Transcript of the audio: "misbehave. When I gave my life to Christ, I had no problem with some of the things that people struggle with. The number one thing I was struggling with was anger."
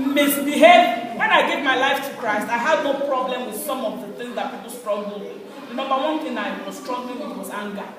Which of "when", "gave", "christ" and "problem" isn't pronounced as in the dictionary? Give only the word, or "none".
none